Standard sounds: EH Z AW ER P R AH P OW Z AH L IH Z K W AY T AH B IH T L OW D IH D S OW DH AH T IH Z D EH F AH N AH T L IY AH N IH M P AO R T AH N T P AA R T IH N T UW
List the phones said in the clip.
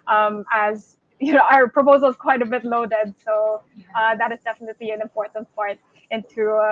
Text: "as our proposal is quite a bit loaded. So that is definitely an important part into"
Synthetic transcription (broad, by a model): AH Z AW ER P R AH P OW Z AH L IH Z K W AY T AH B IH T L OW D IH D S OW DH AH T IH Z D EH F AH N AH T L IY AH N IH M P AO R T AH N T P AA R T IH N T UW